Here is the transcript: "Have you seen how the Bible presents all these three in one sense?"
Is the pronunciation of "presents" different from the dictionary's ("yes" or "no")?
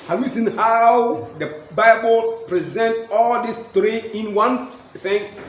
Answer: yes